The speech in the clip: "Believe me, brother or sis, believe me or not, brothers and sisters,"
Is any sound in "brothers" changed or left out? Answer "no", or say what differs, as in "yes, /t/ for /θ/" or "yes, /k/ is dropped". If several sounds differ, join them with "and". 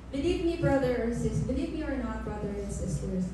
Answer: yes, /z/ is dropped